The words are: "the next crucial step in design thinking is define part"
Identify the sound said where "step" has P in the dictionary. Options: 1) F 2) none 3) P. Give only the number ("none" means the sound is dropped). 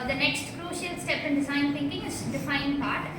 3